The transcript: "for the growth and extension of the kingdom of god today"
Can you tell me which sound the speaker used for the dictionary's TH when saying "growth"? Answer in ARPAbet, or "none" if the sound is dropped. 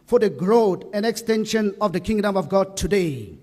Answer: T